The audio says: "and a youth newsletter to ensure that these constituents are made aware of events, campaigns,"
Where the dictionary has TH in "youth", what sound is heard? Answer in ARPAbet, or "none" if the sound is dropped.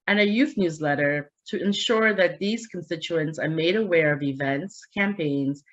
TH